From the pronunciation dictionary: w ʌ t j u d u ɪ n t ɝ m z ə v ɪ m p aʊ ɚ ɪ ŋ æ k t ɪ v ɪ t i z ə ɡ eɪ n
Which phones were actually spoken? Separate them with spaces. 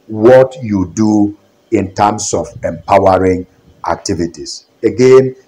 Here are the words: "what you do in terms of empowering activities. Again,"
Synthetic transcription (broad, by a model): w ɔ t j u d u ɪ n t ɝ m s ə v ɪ m p aʊ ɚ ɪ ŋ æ k t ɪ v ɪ t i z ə ɡ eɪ n